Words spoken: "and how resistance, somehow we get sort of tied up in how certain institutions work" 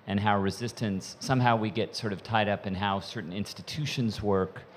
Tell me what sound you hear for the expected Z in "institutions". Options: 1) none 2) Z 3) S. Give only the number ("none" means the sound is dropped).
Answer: 2